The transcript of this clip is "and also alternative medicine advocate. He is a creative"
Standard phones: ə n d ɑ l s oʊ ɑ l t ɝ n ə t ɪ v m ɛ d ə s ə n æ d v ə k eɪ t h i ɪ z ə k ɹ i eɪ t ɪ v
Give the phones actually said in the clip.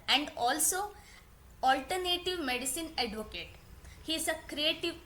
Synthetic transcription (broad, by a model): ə n d ɑ l s oʊ ɑ l t ɝ n ə t ɪ v m ɛ d ə s ə n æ d v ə k eɪ t h i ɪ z ə k ɹ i eɪ t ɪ v